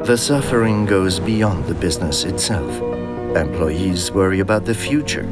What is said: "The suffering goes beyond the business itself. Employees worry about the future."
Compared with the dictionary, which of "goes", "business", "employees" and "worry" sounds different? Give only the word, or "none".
none